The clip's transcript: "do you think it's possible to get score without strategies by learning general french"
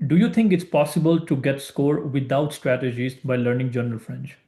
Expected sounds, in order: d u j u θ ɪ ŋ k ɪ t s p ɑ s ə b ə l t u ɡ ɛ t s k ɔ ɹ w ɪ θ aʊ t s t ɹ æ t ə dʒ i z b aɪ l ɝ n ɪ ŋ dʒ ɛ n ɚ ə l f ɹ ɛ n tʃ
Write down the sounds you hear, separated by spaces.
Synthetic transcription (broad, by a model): d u j u t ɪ ŋ k ɪ t s p ɑ s ə b ə l t u ɡ ɛ t s k ɔ ɹ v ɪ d aʊ t s t ɹ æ t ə dʒ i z b aɪ l ɝ n ɪ ŋ dʒ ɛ n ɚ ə l f ɹ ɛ n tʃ